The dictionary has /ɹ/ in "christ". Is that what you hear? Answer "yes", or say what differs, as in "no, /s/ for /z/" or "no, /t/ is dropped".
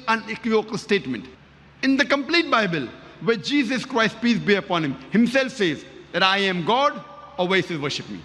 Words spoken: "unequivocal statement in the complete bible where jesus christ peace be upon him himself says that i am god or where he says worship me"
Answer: yes